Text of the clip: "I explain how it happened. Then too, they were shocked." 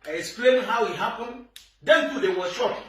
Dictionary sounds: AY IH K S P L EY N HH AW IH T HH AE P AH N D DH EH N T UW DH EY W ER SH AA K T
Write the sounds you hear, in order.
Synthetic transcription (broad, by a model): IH S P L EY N HH AW IH T HH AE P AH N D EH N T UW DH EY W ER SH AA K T